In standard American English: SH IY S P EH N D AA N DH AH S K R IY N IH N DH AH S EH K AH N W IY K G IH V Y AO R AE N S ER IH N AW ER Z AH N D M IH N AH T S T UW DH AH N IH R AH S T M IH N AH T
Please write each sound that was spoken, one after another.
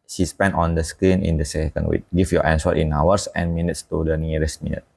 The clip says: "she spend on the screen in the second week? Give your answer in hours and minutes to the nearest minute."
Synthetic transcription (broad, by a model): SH IY S P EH N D AA N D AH S K R IY N IH N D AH S EH K AH N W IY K G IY F Y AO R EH N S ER IH N AW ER S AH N M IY N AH T S T UW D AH N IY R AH S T M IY N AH T